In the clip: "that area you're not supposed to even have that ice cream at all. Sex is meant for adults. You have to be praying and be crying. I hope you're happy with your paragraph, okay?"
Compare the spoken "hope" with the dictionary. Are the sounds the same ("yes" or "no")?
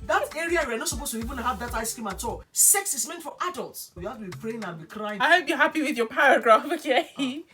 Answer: no